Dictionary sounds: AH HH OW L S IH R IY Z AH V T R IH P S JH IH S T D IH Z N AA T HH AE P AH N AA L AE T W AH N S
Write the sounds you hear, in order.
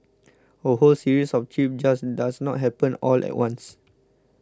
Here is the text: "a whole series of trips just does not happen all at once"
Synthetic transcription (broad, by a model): AH HH OW L S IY R IY S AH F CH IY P JH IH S D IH S N AA T HH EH P AH N AA L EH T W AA N S